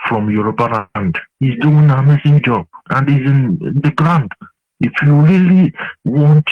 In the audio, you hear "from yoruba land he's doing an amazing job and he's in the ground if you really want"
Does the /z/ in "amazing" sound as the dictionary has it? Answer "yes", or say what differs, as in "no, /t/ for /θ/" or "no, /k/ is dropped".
no, /s/ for /z/